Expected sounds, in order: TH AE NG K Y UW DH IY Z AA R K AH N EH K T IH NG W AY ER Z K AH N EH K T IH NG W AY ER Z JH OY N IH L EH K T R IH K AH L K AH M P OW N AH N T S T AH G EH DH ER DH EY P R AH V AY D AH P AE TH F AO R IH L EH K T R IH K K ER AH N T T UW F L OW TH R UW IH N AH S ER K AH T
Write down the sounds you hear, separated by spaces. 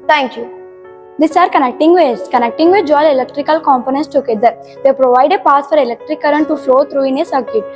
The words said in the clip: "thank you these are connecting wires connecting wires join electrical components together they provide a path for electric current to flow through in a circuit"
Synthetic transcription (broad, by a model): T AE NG K Y UW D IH S AA R K AH N EH K T IH NG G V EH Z K AH N EH K T IH NG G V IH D JH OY L IH L EH K T R IH K AH L K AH M P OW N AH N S T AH G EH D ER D EY P R AH V AY D AH P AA S F AO R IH L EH K T R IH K K ER AH N T T UW F L OW T R UW IH N AH S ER K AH T